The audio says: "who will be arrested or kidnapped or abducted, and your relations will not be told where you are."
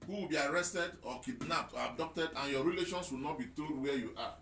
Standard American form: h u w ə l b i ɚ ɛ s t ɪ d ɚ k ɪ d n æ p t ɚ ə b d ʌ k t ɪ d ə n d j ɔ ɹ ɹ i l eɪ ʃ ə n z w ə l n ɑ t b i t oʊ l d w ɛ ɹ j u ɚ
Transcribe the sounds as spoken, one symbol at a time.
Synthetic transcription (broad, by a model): h u w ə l b i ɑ ɛ s t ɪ d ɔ k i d n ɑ p t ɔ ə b d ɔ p t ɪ d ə n j ɔ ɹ ɹ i l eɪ ʃ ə n s w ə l n ɑ t b i t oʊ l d w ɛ j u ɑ